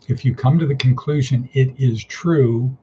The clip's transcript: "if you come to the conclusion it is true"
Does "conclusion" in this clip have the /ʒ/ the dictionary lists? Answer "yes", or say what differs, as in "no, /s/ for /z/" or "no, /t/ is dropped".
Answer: yes